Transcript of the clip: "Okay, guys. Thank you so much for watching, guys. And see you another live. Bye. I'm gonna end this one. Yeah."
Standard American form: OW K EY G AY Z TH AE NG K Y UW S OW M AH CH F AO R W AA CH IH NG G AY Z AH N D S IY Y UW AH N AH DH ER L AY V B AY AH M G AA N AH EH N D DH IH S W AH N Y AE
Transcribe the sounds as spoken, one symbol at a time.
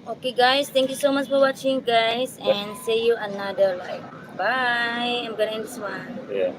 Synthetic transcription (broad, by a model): OW K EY G AY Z T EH NG K Y UW S OW M AH CH F AO R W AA CH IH NG G AY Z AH N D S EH Y UW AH N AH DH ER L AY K B AY AH M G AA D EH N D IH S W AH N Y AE